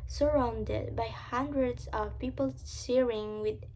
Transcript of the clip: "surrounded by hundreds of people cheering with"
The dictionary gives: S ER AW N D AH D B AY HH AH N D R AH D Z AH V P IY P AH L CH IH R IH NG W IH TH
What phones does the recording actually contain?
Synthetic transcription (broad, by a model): S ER AW N D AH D B AY HH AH N D R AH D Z AH V P IY P AH L S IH R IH NG W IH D